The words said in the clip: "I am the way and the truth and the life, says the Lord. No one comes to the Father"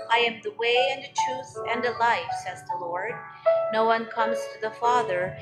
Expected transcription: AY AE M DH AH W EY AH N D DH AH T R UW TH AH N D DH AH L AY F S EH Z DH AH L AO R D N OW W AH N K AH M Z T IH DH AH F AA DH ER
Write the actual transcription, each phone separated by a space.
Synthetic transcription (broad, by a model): AY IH M DH AH W EY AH N DH AH T R UW TH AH N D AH L AY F S EH Z DH AH L AO R D N OW W AH N K AH M Z T IH DH AH F AA DH ER